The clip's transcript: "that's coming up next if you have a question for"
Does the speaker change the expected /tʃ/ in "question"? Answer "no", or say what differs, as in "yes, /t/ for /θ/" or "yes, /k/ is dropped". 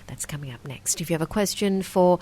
no